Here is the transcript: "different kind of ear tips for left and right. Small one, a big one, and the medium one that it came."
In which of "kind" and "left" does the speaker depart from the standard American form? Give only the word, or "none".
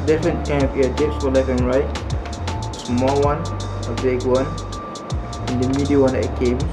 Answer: left